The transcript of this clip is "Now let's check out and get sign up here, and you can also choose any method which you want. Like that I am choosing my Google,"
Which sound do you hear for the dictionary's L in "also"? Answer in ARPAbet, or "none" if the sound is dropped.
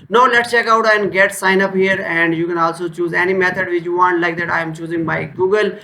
L